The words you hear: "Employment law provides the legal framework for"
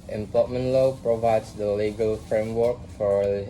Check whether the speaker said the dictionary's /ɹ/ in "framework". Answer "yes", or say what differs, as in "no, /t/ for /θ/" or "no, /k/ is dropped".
yes